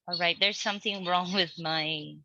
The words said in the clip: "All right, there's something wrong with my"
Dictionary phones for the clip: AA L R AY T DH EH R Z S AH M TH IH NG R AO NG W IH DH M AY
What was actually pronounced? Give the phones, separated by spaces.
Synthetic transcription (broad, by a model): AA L R AY T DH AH R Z S AH M TH IH NG R AO NG W IH DH M AY